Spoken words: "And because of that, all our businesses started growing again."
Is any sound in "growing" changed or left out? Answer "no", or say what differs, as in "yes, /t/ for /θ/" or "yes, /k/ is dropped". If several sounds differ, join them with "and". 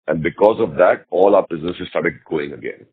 yes, /ɹ/ is dropped